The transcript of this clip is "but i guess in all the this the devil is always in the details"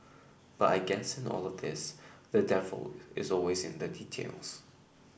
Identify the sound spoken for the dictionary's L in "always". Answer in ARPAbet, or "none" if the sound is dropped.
L